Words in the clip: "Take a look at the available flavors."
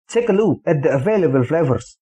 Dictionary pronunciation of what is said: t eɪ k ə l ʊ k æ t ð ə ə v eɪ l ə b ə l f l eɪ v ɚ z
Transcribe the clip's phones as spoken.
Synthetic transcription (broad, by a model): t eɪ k ə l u æ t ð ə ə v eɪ l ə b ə l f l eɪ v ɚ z